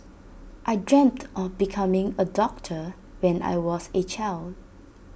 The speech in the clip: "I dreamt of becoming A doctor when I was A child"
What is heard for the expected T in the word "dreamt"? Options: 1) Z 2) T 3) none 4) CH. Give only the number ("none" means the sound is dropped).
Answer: 2